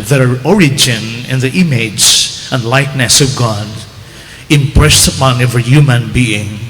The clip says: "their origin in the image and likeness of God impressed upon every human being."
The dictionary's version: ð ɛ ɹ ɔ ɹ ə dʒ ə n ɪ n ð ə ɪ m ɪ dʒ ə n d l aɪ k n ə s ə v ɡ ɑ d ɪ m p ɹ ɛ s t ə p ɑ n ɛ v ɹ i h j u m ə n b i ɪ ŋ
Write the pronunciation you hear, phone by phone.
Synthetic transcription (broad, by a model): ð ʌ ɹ ɔ ɹ ə dʒ ə n ɪ n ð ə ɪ m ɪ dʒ ə n d l aɪ k n ə s ə v ɡ ɑ d ɪ m p ɹ ɛ s t ə p ɑ n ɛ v i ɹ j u m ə n b i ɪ ŋ